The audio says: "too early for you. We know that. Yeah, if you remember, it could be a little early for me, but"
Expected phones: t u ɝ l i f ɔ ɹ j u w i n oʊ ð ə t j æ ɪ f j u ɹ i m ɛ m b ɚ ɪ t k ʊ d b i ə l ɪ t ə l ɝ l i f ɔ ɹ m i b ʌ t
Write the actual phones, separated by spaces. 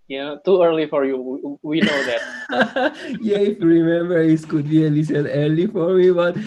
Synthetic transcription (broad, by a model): t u ɝ l i f ɔ ɹ j u w i n oʊ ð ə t j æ ɪ f j u ɹ i m ɛ m b ɚ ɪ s k ʊ d b i ə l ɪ s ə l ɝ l i f ɔ ɹ m i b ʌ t